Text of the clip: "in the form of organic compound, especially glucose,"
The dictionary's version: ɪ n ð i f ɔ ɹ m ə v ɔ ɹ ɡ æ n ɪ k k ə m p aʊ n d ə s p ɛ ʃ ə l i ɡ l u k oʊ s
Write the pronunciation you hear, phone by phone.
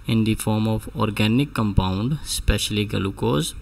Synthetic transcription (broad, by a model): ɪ n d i f ɔ ɹ m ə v ɔ ɹ ɡ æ n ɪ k k ə m p aʊ n d s p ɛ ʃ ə l i ɡ l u k oʊ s